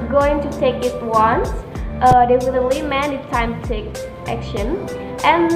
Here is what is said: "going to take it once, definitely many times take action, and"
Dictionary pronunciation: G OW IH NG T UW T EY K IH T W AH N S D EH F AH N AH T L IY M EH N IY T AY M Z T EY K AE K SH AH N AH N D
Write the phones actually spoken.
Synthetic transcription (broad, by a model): G OW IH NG T UW T EY K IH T W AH N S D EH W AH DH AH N L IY M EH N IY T AY M T EY K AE K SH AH N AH N